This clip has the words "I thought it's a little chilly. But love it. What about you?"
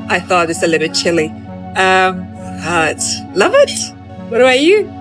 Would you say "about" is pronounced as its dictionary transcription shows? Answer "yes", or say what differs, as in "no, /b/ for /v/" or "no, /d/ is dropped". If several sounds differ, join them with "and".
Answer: no, /b/ is dropped